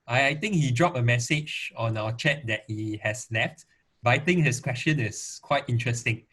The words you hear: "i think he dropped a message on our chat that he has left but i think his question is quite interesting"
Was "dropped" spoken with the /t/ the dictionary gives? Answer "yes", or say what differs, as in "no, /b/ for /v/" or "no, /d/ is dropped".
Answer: no, /t/ is dropped